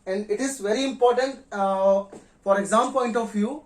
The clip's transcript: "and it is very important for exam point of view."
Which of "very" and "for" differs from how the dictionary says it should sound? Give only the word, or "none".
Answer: none